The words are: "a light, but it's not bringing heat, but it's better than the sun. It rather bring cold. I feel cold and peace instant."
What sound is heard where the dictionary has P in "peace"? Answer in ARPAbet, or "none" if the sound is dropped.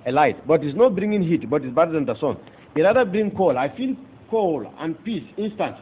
P